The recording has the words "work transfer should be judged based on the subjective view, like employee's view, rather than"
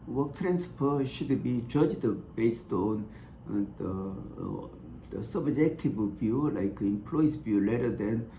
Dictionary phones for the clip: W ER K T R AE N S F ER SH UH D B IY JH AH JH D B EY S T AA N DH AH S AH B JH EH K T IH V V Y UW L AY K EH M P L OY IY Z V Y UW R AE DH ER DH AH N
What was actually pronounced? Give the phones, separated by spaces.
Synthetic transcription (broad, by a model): W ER K T R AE N S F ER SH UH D B IY JH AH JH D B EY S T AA N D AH S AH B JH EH K T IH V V Y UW L AY K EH M P L OY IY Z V Y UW L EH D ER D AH N